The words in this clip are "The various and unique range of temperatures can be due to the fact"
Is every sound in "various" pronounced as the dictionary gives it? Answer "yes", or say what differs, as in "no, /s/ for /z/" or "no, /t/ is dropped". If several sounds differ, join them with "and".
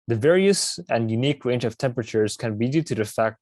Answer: yes